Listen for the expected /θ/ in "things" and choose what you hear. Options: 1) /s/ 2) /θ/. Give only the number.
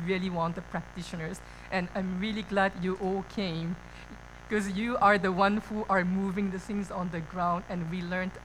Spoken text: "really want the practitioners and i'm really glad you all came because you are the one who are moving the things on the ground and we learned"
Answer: 1